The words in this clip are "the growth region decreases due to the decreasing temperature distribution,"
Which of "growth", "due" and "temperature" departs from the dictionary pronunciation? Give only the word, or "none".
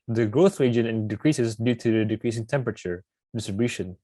none